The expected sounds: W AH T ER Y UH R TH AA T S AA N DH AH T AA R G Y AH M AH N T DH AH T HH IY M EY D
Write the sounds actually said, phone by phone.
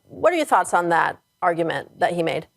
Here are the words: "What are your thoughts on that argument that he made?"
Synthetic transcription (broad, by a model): W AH T ER Y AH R TH AA T S N DH AH T AA R G Y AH M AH N DH AH T HH IY M EY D